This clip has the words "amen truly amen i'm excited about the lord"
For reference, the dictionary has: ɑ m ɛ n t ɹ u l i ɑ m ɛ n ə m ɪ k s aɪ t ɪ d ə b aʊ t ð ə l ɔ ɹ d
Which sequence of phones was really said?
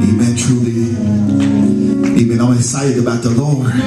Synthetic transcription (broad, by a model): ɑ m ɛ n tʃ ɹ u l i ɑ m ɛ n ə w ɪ s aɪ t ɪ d ə b aʊ t ð ə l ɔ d